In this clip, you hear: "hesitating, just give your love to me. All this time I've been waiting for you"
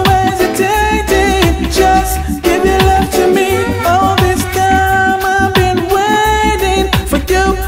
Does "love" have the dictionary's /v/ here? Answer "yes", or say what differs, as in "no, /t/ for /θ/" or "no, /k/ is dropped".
no, /f/ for /v/